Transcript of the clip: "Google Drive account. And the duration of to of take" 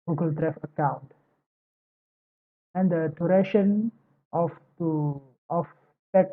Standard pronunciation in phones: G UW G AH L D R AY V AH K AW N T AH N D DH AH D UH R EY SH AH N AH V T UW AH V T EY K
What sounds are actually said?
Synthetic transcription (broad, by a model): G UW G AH L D R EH F AH K AW N T AH N D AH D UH R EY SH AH N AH F T UW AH F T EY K